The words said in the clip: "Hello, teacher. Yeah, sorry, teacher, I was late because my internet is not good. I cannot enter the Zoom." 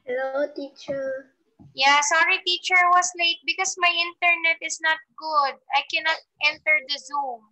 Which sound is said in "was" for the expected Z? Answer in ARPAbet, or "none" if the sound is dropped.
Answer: S